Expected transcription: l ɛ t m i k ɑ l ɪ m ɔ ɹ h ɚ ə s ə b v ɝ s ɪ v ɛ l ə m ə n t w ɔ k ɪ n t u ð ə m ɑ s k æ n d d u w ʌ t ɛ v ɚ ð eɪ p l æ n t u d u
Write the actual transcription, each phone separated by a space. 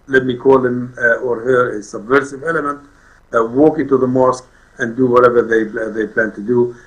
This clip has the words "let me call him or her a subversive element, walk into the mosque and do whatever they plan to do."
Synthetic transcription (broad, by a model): l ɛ t m i k ɑ l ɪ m ɔ ɹ h ɚ ə s ə b v ɝ s ɪ v ɛ l ə m ə n t w ɔ k ɪ n t u ð ə m ɑ s k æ n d d u w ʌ t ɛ v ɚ ð eɪ p l æ n t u d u